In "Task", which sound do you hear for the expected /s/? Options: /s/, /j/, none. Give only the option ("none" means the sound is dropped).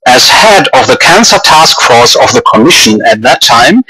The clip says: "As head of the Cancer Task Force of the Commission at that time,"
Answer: /s/